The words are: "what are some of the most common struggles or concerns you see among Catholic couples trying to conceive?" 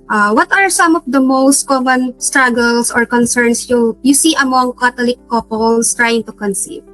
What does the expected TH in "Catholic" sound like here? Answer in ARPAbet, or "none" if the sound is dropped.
T